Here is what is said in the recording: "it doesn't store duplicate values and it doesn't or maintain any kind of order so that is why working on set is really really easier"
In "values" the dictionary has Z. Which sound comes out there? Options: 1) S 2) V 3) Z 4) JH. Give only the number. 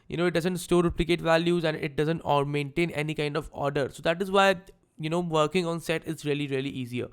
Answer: 3